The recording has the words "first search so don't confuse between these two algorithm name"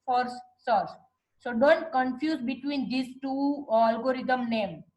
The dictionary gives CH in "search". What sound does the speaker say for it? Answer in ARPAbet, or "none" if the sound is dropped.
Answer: S